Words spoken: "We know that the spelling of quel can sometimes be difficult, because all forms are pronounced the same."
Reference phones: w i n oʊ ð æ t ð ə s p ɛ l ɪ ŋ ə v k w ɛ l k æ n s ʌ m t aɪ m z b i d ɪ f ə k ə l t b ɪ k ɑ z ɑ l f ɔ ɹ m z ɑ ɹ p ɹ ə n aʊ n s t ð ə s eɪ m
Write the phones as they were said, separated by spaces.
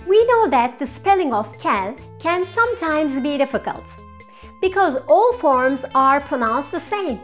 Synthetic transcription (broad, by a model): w i n oʊ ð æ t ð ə s p ɛ l ɪ ŋ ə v k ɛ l k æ n s ʌ m t aɪ m z b i d ɪ f ə k ə l t b ɪ k ɑ z ɑ l f ɔ ɹ m z ɑ ɹ p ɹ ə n aʊ n s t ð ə s eɪ m